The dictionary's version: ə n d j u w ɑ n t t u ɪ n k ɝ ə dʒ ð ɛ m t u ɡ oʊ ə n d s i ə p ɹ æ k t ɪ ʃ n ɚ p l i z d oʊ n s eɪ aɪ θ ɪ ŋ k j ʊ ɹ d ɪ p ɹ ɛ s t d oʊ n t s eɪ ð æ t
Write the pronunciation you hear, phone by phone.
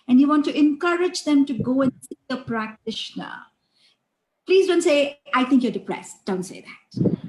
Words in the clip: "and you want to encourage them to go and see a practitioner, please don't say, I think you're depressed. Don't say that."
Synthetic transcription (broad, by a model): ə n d j u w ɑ n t t u ɪ n k ɝ ə dʒ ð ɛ m t u ɡ oʊ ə n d s i ə p ɹ æ k t ɪ ʃ n ɚ p l i z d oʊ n s eɪ aɪ t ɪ ŋ k j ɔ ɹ d ɪ p ɹ ɛ s t d oʊ n t s eɪ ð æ t